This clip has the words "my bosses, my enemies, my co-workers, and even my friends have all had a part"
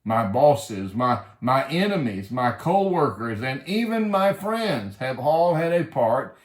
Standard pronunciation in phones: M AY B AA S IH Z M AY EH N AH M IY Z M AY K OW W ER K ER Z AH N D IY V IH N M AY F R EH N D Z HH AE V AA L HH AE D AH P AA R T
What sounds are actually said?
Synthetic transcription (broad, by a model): M AY B AA S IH Z M AY EH N AH M IY Z M AY K OW W ER K ER Z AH N IY V IH N M AY F R EH N D Z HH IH V AA L HH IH D AH P AA R T